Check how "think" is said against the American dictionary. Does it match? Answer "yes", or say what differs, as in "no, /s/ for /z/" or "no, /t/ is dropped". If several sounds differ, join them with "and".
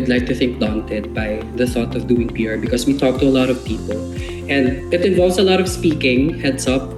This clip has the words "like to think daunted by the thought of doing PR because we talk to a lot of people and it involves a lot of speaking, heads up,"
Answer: yes